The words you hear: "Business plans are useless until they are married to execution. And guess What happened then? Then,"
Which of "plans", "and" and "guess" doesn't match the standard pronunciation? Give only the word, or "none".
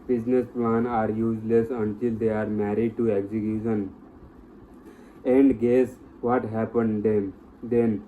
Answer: plans